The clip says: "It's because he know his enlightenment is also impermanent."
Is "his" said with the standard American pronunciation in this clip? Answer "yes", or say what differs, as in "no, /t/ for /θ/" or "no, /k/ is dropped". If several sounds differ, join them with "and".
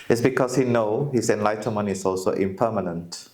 no, /s/ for /z/